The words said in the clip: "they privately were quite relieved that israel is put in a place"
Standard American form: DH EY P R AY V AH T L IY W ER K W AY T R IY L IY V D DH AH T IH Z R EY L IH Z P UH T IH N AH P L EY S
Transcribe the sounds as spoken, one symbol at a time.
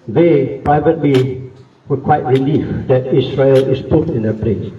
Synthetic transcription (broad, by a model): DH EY P R AY V AH T L IY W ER K W AY T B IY L IY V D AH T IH S R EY L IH S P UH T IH N AH P L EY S